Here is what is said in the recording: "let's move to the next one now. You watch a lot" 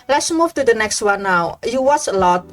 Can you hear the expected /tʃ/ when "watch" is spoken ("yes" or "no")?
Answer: no